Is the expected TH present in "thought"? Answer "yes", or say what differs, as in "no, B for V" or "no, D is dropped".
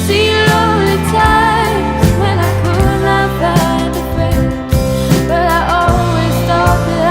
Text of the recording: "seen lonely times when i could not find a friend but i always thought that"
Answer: no, T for TH